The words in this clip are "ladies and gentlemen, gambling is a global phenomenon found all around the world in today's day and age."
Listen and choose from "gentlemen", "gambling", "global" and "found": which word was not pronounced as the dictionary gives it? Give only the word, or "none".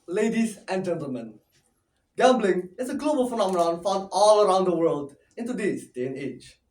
found